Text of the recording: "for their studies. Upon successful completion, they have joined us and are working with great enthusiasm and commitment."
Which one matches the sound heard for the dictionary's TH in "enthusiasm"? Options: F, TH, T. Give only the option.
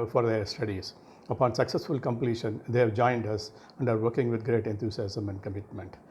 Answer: T